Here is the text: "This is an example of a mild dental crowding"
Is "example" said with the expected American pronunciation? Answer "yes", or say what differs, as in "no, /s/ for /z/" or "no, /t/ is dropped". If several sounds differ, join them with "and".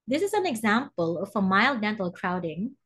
yes